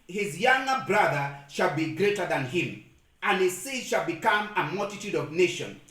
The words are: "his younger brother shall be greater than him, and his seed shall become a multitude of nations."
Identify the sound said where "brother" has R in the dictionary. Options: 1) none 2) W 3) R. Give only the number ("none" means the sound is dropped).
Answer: 3